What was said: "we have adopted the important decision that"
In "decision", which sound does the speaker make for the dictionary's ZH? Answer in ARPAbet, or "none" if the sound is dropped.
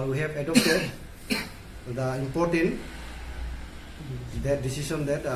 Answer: S